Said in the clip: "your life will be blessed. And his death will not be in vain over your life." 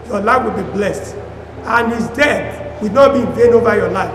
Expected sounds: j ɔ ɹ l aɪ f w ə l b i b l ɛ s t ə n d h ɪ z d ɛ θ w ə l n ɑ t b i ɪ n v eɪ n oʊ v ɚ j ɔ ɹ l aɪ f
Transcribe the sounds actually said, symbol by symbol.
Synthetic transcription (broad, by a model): j ɔ l aɪ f w ə l b i b l ɛ s t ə n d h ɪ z d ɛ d w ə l n ɑ t b i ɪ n v eɪ n oʊ v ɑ j ɔ l aɪ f